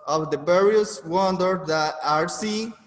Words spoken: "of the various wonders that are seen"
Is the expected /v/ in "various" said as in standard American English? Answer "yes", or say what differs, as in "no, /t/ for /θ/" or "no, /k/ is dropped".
no, /b/ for /v/